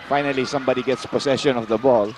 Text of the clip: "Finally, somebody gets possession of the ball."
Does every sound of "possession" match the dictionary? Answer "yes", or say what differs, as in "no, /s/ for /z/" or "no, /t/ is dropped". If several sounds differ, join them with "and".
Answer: no, /s/ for /z/